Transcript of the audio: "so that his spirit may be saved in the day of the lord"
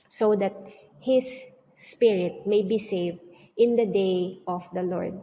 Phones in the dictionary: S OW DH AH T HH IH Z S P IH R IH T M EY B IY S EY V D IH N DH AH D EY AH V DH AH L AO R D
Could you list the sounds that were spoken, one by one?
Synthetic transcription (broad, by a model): S OW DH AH T HH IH S P IH R IH T M EY B IY S EY V D IH N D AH D EY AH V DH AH L AO R D